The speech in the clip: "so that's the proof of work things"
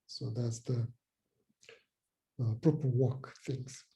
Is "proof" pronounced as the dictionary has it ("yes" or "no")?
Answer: no